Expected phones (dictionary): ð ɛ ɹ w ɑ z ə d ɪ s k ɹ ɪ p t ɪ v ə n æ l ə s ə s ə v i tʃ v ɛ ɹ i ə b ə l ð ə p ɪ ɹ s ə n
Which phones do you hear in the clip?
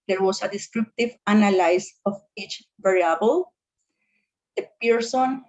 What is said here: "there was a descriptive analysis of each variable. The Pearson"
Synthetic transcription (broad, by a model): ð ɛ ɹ w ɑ s ə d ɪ s k ɹ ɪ p t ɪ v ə n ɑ l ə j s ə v i tʃ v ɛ ɹ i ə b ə l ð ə p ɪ ɹ s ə n